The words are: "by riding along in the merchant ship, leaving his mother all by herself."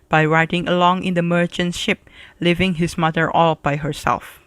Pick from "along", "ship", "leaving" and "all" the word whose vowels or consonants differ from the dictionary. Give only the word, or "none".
none